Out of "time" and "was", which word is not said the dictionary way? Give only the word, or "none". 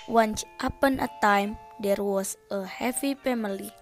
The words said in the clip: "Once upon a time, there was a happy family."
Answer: was